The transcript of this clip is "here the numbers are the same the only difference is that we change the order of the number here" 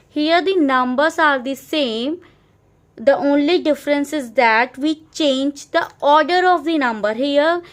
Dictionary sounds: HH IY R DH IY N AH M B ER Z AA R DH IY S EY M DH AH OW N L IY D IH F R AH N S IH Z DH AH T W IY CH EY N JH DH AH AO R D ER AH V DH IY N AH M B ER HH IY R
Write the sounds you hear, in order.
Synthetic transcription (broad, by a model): HH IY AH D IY N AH M B ER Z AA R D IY S EY M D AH OW N L IY D IH F R AH N S IH Z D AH T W IY CH EY N JH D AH AO R D ER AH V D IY N AH M B ER HH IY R